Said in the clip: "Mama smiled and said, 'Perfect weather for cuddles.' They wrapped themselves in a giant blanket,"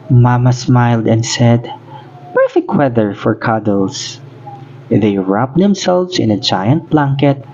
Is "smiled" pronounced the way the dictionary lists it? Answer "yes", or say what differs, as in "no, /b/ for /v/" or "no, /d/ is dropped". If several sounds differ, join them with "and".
yes